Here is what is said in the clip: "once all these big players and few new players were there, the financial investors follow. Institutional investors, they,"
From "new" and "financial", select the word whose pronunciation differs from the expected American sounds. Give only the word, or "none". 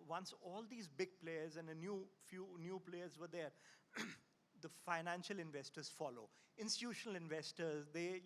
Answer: none